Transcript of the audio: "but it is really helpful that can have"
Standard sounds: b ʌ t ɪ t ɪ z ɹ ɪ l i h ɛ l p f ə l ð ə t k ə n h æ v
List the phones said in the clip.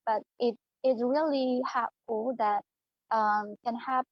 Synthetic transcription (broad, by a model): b ʌ t ɪ t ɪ s ɹ ɪ l i h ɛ p f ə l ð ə t k ə n h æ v